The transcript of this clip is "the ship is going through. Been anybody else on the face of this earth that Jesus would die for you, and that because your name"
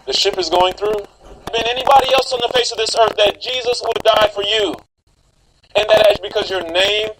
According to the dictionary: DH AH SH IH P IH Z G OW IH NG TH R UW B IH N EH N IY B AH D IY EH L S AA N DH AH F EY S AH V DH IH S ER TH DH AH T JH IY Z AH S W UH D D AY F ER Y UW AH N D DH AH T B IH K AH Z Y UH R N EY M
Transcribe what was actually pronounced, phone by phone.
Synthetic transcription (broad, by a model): DH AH SH IH P IH Z G OW IH NG TH R UW B IH N EH N IY B AH D IY EH L S N DH AH F EY S AH V DH IH S ER TH DH AH T JH IY Z AH S W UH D D AY F ER Y UW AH N DH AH T B IH K AH Z Y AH R N EY M